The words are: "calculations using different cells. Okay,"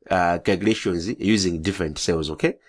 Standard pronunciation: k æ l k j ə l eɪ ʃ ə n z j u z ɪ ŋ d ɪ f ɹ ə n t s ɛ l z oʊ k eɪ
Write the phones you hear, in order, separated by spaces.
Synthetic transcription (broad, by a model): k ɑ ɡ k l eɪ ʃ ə n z j u z ɪ ŋ d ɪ f ɹ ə n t s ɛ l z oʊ k eɪ